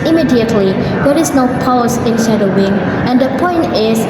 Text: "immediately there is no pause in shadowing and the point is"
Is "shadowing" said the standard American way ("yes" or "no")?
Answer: no